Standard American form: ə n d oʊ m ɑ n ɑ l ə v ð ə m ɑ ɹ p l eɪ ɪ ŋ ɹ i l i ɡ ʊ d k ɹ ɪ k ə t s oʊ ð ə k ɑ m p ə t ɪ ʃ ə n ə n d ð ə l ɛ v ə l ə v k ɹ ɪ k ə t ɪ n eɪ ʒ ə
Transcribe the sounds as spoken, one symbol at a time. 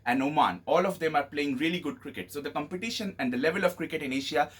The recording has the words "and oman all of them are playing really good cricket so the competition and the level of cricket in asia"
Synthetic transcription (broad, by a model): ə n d oʊ m ɑ n ɑ l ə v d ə m ɑ ɹ p l eɪ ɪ ŋ ɹ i l i ɡ ʊ d k ɹ ɪ k ə t s oʊ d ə k ɑ m p ə t ɪ ʃ ə n ə n d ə l ɛ v ə l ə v k ɹ ɪ k ə t ɪ n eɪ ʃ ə